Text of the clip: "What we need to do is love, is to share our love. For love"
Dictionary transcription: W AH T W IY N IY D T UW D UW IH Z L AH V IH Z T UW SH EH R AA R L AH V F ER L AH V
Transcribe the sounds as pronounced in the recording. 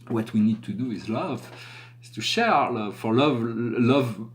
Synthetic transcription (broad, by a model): W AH T W IY N IY D T UW D UW IH Z L AH V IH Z T UW SH EH R AA R L AH V L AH V